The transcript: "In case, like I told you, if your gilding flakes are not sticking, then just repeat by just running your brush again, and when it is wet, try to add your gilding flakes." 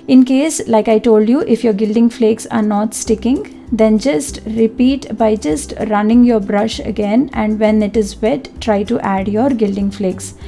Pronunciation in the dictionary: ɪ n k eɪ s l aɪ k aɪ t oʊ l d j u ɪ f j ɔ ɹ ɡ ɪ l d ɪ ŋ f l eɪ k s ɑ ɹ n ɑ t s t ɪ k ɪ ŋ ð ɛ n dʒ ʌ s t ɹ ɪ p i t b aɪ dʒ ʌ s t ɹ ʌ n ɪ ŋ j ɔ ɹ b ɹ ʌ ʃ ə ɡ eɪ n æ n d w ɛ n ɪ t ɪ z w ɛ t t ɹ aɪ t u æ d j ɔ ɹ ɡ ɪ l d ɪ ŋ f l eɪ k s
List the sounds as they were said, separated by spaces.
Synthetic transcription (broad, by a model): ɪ n k eɪ s l aɪ k aɪ t oʊ l d j u ɪ f j ɔ ɹ ɡ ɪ l d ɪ ŋ f l eɪ k s ɑ ɹ n ɑ t s t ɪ k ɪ ŋ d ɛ n dʒ ʌ s t ɹ ɪ p i t b aɪ dʒ ʌ s t ɹ ʌ n ɪ ŋ j ɔ ɹ b ɹ ʌ ʃ ə ɡ eɪ n æ n d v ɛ n ɪ t ɪ z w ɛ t t ɹ aɪ t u æ d j ɔ ɹ ɡ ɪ l d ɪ ŋ f l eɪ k s